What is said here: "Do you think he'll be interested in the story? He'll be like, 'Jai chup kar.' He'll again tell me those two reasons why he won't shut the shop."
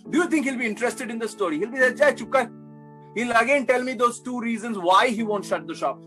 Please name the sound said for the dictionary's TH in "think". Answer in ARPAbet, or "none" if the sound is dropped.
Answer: T